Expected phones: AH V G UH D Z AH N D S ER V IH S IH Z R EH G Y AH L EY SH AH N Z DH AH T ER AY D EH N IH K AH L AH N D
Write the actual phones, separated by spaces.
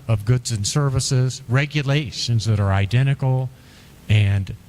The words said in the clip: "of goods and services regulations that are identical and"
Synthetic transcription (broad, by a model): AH V G UH D Z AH N S ER V IH S IH Z R EH G Y AH L EY SH AH N Z DH AH T ER AY D EH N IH K L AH N